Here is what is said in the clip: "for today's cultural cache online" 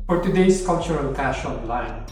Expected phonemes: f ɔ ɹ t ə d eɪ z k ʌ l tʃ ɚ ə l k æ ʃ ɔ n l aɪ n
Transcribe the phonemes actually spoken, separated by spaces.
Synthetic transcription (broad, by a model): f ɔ ɹ t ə d eɪ s k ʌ l tʃ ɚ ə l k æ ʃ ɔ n l aɪ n